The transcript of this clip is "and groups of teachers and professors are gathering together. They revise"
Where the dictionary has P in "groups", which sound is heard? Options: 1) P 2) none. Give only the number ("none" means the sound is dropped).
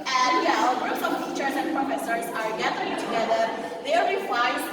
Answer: 2